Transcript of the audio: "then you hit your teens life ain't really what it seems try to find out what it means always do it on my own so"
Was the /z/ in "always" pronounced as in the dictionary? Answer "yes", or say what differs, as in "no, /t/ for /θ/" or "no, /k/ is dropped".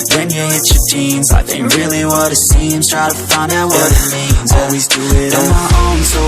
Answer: yes